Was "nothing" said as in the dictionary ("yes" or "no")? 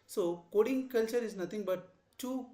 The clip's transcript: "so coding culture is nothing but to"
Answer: no